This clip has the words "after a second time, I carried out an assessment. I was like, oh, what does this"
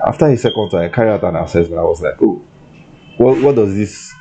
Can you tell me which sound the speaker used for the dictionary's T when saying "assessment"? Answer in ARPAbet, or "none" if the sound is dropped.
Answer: none